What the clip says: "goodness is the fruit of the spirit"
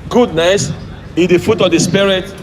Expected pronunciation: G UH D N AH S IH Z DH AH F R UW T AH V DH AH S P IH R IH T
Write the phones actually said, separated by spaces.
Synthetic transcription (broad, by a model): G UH D N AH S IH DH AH F UW T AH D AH S P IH R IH T